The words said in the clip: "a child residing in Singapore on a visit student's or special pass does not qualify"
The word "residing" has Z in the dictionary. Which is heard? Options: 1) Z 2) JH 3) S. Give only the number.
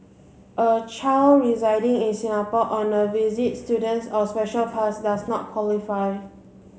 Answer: 1